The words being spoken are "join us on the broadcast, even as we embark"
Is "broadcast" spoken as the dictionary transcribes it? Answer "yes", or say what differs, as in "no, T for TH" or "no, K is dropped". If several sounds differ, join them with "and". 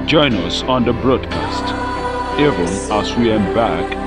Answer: yes